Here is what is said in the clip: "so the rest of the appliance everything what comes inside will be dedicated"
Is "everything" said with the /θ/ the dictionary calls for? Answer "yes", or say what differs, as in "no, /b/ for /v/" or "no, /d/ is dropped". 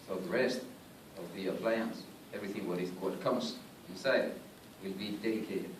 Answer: yes